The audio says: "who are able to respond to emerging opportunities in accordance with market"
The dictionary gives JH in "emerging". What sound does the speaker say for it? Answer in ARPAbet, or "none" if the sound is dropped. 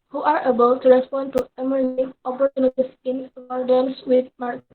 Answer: none